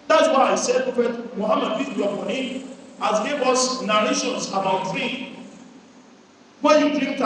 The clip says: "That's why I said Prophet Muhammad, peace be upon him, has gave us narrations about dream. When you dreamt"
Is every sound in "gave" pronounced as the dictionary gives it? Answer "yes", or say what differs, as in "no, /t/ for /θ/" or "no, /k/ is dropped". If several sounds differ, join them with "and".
no, /w/ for /v/